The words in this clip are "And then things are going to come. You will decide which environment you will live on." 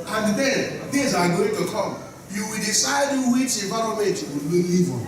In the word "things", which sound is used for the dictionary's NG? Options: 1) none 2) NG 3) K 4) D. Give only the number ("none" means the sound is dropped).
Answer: 1